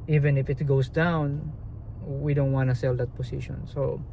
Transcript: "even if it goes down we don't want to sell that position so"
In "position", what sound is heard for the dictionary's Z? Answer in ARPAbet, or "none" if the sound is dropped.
S